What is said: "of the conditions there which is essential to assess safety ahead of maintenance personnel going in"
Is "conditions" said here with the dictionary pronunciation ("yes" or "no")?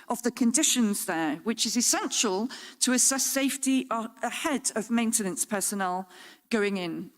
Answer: yes